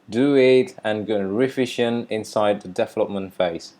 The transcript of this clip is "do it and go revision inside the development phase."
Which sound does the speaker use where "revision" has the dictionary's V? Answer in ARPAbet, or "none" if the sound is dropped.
F